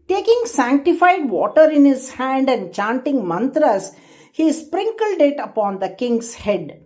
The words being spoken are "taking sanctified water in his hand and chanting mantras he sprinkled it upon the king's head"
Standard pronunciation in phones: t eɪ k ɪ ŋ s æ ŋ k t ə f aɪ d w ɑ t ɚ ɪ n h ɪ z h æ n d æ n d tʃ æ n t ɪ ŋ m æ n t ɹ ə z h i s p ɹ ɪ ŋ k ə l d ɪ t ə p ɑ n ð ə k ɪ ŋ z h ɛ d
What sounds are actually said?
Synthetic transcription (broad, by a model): t eɪ k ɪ ŋ s æ ŋ k t ə f aɪ d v ɑ t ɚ ɪ n h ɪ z h æ n d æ n d tʃ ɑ n t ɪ ŋ m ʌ n t ɹ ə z h i s p ɹ ɪ ŋ k ə l d ɪ t ə p ɑ n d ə k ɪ ŋ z h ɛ d